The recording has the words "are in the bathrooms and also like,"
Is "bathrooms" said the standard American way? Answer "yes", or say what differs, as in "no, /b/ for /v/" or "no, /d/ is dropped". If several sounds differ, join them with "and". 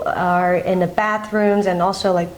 yes